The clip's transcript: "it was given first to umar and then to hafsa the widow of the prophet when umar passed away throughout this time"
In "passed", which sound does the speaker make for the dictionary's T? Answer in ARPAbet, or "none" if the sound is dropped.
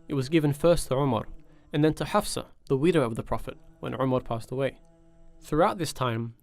T